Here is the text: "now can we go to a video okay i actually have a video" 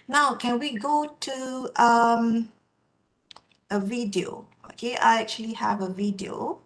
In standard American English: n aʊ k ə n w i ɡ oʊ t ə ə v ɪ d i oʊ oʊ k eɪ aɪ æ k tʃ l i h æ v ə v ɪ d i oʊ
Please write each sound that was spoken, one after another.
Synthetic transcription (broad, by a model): n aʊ k ə n w i ɡ oʊ t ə ə v ɪ d i oʊ oʊ k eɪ aɪ æ k tʃ l i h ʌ v ə v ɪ d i oʊ